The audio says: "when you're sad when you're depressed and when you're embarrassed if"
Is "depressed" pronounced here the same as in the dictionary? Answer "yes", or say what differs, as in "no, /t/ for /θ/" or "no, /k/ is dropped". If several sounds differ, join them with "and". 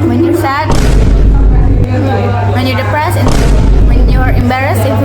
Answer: no, /t/ is dropped